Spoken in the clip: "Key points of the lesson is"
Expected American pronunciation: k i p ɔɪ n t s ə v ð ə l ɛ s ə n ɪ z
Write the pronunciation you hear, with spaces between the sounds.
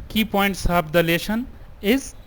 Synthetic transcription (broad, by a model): k i p ɔɪ n t s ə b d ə l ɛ ʃ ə n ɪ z